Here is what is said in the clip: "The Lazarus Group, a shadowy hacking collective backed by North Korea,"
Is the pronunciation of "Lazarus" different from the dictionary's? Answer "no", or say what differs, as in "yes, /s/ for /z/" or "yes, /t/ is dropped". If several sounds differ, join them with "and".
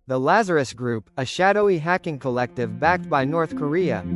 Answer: no